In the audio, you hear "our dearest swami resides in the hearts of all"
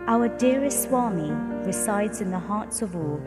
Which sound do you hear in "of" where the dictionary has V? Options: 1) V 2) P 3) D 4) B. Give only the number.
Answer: 1